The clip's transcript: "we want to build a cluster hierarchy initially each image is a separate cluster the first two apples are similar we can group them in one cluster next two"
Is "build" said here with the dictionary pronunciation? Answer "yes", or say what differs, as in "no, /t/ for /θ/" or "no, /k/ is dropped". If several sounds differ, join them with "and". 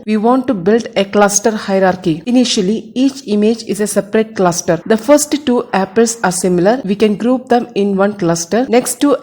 yes